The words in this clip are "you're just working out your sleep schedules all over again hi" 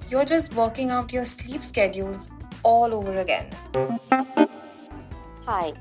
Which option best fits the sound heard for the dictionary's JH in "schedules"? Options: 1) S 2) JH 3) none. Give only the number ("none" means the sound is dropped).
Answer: 2